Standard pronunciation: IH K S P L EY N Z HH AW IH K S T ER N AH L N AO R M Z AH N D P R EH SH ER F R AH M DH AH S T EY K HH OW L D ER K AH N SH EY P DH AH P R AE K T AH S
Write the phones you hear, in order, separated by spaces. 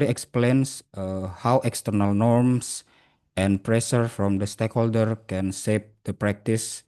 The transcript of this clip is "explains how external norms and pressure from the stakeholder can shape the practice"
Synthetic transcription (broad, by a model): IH K S P L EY N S HH AW IH K S T ER N AH L N AO R M S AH N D P R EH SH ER F R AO M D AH S T EY K HH OW L D ER K AH N S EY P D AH P R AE K T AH S